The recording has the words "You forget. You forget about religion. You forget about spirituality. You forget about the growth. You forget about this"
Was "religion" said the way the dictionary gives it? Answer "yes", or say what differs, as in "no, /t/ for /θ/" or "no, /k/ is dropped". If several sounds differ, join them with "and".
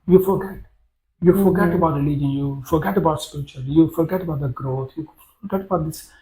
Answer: no, /l/ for /ɹ/